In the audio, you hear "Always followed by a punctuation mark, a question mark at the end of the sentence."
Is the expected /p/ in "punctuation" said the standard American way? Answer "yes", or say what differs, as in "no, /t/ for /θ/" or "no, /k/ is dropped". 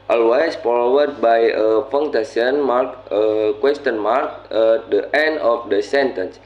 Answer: no, /f/ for /p/